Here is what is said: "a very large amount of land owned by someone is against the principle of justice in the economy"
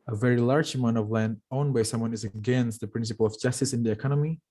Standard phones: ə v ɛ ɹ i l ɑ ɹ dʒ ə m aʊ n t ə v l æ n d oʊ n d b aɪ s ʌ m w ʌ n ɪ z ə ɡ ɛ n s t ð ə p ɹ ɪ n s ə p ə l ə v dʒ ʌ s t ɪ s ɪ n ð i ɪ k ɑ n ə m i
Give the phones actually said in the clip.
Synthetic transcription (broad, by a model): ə v ɛ ɹ i l ɑ ɹ dʒ ə m aʊ n t ə v l æ n d oʊ n b aɪ s ʌ m w ʌ n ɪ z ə ɡ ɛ n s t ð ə p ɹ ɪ n s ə p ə l ə v dʒ ʌ s t ɪ s ɪ n ð i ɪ k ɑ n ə m i